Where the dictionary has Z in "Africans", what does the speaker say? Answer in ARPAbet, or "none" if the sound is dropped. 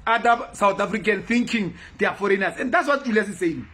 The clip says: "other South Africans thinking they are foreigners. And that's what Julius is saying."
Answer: none